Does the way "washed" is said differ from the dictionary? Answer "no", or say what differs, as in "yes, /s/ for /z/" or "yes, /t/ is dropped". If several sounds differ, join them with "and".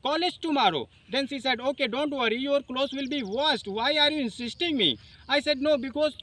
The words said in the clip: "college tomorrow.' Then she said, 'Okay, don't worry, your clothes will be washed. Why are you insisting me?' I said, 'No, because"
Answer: yes, /s/ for /ʃ/